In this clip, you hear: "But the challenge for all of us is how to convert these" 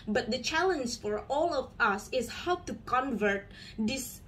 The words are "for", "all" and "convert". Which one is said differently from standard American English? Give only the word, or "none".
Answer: none